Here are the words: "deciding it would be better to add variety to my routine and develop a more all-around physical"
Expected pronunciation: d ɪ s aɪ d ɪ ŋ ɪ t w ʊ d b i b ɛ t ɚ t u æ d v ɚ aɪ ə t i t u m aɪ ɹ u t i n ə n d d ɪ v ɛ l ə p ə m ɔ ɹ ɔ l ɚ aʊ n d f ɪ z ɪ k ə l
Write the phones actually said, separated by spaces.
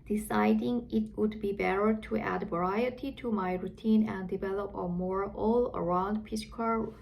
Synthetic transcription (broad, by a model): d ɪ s aɪ d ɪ ŋ ɪ t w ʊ d b i b ɛ t ɚ t u æ d v ɚ aɪ ə t i t u m aɪ ɹ u t i n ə n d d ɪ v ɛ l ə p ə m ɔ ɹ ɔ l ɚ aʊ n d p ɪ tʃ k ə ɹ